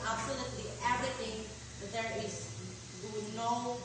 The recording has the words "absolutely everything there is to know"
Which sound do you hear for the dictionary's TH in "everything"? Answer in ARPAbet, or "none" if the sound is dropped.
T